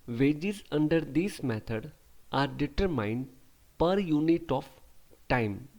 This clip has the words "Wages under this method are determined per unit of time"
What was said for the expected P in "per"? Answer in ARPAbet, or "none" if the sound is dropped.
P